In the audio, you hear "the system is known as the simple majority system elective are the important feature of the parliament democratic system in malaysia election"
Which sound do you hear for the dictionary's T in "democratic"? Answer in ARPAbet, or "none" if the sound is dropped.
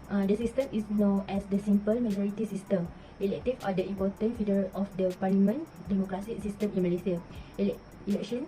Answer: S